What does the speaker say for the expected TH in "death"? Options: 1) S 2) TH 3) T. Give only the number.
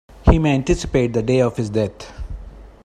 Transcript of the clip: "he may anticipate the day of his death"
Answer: 3